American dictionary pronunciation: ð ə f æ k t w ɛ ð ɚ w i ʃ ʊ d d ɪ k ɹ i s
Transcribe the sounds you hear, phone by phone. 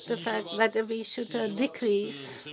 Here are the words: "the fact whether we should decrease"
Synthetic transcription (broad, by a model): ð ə f æ k t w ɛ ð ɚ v i ʃ ʊ d d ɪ k ɹ i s